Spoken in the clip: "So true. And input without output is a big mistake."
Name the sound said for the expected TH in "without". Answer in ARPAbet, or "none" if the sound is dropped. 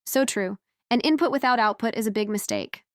TH